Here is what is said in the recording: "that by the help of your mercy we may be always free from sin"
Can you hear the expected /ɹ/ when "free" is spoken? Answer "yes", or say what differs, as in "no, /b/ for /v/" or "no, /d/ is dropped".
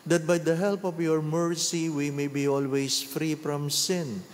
yes